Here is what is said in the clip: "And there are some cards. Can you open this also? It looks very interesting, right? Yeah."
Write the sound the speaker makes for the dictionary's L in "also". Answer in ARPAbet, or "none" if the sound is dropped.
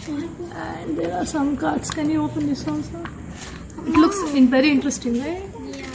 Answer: N